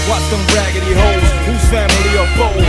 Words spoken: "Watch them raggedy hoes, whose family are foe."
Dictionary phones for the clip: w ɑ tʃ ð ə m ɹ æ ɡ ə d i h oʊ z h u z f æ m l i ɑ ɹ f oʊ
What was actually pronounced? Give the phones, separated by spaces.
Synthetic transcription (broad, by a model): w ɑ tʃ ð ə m ɹ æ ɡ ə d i h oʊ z h u z f æ m l i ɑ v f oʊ